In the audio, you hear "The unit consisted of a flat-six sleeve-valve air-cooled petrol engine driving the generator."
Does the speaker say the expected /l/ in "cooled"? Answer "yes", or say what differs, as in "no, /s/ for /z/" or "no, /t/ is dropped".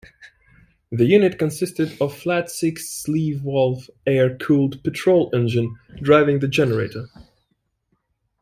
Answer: yes